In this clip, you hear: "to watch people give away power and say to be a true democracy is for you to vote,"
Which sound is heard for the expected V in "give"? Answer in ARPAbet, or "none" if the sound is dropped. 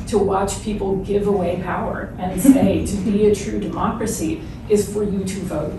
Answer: V